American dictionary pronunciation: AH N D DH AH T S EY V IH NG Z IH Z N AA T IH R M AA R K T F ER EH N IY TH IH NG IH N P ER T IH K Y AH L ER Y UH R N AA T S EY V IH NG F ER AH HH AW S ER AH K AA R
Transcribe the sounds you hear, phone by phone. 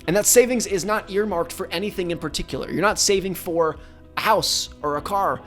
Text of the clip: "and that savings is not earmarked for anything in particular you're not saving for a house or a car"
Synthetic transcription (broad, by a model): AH N DH AH T S EY V IH NG Z IH Z N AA T IH R M AA R K T F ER EH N IY TH IH NG IH N P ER T IH K Y L ER Y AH R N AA T S EY V IH NG F ER AH HH AW S ER AH K AA R